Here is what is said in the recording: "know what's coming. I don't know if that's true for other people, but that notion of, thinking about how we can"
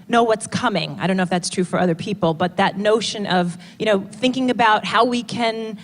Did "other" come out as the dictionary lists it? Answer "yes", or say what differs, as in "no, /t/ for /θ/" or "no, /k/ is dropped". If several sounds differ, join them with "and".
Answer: yes